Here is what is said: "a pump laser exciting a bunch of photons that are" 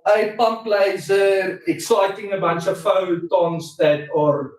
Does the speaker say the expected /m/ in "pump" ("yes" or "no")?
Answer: yes